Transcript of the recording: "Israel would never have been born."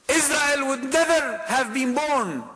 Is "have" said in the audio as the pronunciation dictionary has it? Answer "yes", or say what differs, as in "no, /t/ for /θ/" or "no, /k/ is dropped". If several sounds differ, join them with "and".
yes